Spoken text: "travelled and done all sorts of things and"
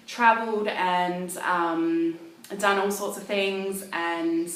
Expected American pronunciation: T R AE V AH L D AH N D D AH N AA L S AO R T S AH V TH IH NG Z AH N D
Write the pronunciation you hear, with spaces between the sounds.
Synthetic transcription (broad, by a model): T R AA V AH L D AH N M D AH N AA L S AO T S AH V TH IH NG Z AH N